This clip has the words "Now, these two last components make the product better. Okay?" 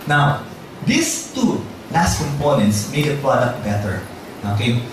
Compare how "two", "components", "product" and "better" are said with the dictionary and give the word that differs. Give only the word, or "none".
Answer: none